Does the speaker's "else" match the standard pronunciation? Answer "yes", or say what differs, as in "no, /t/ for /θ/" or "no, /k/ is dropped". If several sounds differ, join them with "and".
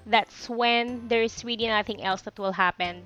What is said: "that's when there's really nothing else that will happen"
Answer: yes